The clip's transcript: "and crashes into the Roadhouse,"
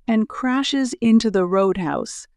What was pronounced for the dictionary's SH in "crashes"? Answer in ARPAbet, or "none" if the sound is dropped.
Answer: SH